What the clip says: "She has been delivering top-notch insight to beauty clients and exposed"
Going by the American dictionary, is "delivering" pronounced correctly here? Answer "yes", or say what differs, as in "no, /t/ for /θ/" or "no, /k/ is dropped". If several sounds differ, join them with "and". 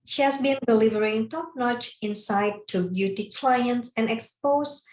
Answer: yes